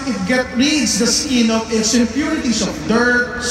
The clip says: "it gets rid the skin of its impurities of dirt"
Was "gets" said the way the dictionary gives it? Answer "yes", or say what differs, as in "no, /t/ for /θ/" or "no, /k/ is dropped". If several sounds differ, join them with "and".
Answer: no, /s/ is dropped